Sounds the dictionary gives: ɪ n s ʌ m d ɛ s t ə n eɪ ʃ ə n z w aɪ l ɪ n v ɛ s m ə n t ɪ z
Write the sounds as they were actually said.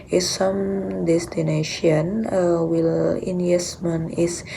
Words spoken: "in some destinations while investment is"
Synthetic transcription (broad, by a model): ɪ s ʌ m d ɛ s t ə n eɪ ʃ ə n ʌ w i l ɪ n ɛ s m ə n ɪ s